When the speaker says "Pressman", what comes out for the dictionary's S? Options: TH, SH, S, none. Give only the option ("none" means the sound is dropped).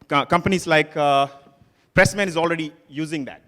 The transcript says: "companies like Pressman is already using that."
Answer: S